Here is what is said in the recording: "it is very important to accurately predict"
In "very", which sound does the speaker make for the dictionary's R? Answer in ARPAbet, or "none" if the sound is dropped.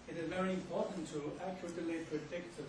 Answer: R